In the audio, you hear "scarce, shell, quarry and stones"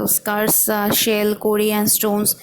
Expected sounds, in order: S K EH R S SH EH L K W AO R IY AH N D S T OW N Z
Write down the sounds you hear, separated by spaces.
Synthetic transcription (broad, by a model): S K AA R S SH EH L K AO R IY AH N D S T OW N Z